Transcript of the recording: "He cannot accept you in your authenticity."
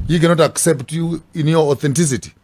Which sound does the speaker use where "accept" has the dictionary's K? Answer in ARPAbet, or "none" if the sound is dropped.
K